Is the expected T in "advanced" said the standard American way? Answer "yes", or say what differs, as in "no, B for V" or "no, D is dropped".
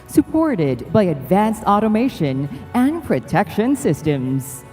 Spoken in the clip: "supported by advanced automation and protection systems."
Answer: yes